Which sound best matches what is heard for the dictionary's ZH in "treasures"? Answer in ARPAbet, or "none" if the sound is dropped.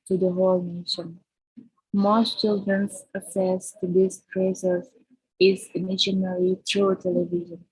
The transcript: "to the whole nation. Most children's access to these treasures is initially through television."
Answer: S